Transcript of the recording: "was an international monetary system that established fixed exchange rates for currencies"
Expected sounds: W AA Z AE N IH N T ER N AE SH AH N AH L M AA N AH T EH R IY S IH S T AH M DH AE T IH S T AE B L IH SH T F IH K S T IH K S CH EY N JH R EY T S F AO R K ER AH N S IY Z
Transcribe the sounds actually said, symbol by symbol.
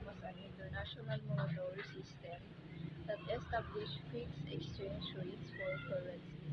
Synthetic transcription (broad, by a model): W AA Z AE N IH N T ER N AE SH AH N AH L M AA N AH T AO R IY S IH S T AH M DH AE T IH S T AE B L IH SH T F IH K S IH K S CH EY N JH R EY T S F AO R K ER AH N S